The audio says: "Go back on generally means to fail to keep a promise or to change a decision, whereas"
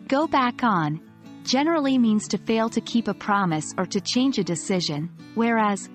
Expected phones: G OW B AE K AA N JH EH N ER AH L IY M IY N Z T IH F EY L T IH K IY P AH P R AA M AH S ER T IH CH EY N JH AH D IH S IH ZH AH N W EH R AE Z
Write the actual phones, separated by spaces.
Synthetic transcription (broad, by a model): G OW B AE K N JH EH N ER L IY M IY N Z T IH F EY L T IH K IY P AH P R AA M AH S ER T IH CH EY N JH AH D IH S IH ZH AH N W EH R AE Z